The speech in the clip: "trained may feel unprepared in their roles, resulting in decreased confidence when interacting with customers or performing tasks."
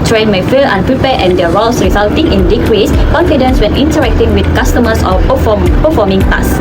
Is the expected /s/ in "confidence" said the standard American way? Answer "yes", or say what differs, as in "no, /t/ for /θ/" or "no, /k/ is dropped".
yes